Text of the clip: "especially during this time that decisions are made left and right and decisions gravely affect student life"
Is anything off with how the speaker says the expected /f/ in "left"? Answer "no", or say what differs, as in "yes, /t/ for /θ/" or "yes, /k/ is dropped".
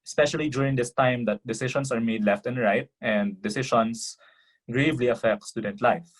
no